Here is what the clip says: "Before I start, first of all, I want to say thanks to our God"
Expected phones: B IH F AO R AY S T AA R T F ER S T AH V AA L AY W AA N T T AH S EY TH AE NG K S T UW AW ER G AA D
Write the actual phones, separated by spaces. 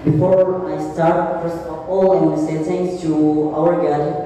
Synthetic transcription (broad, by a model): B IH F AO R AY S T AA R T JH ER S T AA L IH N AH S EY T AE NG S T UW AW ER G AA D